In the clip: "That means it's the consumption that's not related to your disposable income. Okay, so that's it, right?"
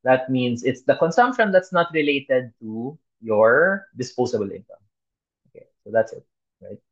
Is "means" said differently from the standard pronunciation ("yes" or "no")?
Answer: yes